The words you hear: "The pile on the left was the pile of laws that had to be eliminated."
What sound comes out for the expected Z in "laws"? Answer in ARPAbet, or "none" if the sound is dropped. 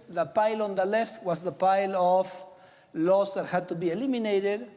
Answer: S